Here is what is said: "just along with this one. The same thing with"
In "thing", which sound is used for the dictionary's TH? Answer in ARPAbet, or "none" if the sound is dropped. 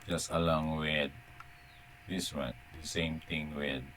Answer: T